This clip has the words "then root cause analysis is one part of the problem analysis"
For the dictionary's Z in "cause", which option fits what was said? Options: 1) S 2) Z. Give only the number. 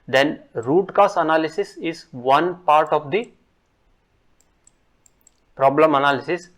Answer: 1